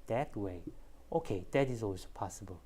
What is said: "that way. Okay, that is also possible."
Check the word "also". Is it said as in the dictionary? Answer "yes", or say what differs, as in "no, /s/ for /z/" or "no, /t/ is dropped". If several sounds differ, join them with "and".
no, /w/ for /l/